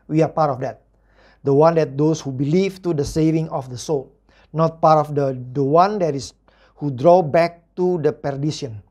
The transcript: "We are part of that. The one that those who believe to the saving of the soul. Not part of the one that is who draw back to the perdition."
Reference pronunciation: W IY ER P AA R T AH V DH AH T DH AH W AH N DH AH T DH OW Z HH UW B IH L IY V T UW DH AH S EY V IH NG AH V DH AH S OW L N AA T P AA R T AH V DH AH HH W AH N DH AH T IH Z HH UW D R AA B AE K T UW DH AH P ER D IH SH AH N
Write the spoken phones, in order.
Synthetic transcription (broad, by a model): W IY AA P AA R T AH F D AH T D AH W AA N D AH T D OW S HH UW B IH L IY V T UW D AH S EY V IH NG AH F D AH S OW L N AA T P AA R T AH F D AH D W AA N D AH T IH S HH UW D R AA B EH K T UW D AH P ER D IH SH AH N